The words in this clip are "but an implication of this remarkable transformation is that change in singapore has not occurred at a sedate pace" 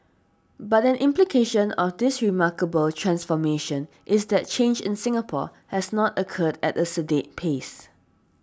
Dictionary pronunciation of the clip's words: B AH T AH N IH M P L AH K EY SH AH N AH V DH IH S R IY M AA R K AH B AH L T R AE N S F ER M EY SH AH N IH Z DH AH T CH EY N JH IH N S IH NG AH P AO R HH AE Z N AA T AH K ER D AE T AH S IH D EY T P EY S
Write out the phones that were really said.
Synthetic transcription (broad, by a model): B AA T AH N IH M P L AH K EY SH AH N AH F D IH S R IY M AA K AH B AH L T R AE N S F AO M EY SH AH N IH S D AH T CH EY N JH IH N S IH NG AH P AO HH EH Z N AA T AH K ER D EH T AH S IH D EY T P EY S